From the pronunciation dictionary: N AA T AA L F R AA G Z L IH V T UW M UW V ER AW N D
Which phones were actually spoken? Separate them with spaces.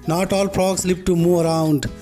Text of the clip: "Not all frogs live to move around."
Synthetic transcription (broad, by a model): N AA T AA L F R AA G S L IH P T UW M UW V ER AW N D